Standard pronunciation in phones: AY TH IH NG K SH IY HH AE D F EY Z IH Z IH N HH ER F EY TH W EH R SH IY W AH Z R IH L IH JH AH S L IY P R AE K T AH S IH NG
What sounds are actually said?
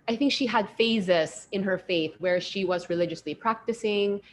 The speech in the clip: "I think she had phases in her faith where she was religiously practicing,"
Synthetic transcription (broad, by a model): AY TH IH NG K SH IY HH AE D F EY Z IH S IH N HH ER F EY TH W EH R SH IY W AH Z R IH L IH JH AH S L IY P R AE K T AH S IH NG